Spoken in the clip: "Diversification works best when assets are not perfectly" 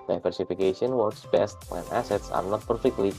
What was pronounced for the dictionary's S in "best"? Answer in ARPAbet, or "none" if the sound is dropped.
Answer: S